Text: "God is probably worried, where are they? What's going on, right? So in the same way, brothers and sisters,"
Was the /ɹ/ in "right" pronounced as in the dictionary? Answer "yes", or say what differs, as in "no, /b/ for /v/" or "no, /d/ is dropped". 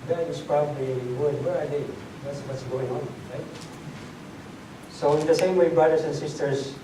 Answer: yes